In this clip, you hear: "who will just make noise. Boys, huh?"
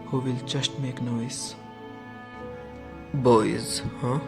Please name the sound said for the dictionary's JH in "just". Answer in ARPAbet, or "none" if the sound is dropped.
CH